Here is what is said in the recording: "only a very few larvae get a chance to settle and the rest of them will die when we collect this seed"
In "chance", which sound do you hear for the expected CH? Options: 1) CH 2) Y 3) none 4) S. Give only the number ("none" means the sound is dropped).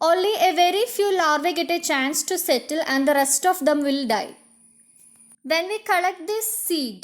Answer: 1